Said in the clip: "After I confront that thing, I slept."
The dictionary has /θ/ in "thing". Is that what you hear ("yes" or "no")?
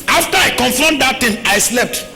no